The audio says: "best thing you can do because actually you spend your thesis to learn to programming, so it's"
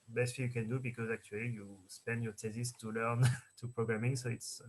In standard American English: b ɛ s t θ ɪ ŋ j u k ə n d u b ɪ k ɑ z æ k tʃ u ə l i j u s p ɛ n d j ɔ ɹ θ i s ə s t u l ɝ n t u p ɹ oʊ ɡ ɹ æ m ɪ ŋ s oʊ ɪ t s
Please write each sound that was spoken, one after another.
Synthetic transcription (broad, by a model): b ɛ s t f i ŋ j u k ə n d u b ɪ k ɑ z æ k tʃ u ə l i j u s p ɛ n d j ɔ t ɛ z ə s t u l ɝ n t u p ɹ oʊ ɡ ɹ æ m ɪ ŋ s oʊ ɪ t s